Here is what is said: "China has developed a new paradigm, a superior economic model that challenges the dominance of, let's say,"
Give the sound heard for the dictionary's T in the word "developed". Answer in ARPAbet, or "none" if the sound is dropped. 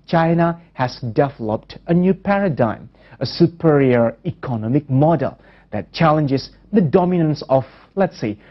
T